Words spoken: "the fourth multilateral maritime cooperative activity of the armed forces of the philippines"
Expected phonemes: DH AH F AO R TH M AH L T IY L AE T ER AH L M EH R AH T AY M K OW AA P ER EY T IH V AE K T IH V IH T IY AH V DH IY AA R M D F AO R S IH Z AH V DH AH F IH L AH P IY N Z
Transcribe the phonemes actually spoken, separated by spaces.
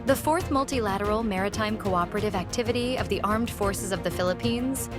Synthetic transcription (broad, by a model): DH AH F AO R TH M AH L T IY L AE T ER L M EH R AH T AY M K OW AA P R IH T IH V AE K T IH V IH T IY AH V DH IY AA R M D F AO R S IH Z AH V DH AH F IH L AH P IY N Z